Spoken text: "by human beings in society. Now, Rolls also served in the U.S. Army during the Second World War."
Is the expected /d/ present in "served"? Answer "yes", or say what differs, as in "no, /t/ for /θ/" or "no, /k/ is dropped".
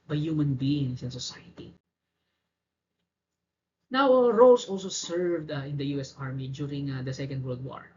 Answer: yes